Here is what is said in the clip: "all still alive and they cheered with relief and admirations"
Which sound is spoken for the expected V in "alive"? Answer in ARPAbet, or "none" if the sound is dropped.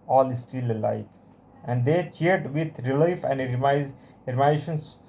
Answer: F